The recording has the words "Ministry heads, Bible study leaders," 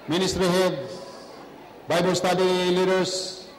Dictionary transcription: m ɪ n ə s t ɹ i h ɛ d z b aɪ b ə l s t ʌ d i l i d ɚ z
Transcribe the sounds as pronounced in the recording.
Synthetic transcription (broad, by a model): m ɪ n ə s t ɹ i h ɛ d b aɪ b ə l s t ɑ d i l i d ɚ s